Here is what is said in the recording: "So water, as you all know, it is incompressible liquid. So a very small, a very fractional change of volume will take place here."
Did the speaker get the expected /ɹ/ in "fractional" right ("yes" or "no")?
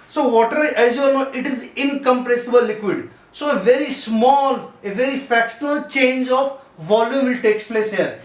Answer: no